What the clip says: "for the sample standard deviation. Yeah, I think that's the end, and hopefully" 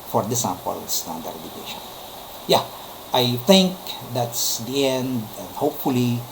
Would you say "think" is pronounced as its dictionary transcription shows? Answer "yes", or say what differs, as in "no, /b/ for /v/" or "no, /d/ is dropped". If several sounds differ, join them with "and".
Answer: no, /t/ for /θ/